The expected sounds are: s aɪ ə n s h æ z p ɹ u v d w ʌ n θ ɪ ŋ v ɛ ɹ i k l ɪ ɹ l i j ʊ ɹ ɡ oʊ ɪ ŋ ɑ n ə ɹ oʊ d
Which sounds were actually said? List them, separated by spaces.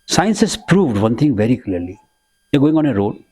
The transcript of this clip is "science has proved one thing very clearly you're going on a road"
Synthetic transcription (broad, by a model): s aɪ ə n s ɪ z p ɹ u v d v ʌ n t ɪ ŋ v ɛ ɹ i k l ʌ ɹ l i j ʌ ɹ ɡ oʊ ɪ ŋ ɑ n ə ɹ oʊ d